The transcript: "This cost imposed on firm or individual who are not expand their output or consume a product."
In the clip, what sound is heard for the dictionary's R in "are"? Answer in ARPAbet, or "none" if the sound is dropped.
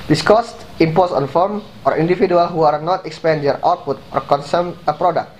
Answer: R